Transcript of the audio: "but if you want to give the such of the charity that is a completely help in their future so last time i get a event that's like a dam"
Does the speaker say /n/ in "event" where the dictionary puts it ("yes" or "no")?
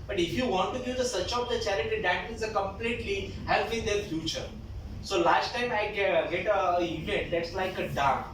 no